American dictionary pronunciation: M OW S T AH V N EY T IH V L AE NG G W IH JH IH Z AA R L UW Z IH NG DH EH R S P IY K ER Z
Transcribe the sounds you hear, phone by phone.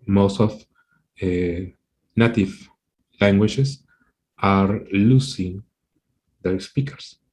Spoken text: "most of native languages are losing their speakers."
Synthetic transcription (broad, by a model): M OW S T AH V N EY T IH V L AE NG G W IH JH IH S AA R L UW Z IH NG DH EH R S P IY K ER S